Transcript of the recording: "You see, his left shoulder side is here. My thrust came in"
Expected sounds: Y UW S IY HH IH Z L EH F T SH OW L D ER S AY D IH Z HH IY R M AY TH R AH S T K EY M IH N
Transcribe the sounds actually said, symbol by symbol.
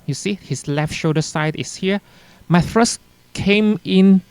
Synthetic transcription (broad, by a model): Y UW S IY HH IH S L EH F T SH OW D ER S AY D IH S HH IY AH M AY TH R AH S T K EY M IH N